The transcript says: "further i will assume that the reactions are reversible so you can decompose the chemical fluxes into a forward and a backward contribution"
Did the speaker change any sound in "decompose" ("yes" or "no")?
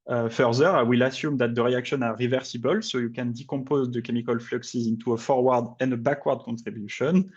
yes